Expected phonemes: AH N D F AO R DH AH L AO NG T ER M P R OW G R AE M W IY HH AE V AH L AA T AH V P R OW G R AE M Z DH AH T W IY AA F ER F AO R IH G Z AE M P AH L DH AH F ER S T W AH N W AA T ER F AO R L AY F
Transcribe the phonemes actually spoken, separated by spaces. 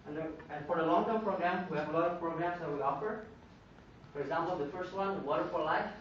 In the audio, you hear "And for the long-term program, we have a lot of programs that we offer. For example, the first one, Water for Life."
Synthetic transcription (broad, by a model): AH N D F AO R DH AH L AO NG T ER P R OW G R AE M W IY HH AE V AH L AA T AH V P R OW G R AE M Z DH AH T W IY AA F ER F AO R IH G Z AE M P AH L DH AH F ER S T W AH N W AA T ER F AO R L AY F